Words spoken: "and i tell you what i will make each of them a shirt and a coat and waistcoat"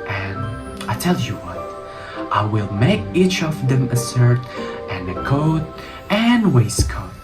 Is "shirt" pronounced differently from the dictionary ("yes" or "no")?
yes